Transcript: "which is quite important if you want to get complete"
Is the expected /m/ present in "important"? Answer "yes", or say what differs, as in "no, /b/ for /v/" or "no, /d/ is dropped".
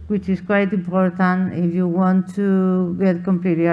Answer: no, /m/ is dropped